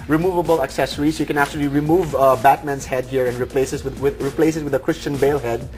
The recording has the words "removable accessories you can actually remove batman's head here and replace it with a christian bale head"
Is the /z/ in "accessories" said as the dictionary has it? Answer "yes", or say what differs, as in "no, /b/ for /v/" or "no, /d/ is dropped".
no, /s/ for /z/